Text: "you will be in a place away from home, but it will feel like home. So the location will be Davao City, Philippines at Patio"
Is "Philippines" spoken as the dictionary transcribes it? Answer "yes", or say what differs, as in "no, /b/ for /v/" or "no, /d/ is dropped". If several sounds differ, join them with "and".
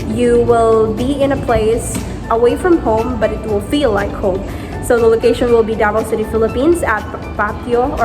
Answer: yes